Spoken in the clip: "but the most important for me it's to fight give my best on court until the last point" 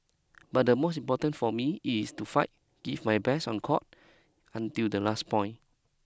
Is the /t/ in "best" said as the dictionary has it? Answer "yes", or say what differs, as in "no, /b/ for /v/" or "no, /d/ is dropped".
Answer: no, /t/ is dropped